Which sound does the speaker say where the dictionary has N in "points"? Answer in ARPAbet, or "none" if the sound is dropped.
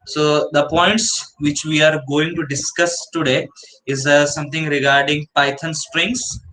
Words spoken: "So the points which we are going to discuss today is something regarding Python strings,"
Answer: N